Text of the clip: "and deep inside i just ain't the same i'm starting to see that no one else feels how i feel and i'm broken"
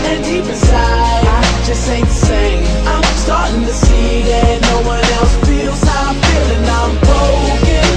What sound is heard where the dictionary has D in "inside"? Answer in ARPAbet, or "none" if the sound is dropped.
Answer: none